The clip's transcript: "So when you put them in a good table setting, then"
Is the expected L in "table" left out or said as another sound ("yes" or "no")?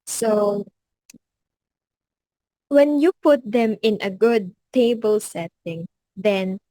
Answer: no